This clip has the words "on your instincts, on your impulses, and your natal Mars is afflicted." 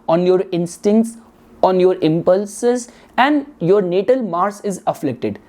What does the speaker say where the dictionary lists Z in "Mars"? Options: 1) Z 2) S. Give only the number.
2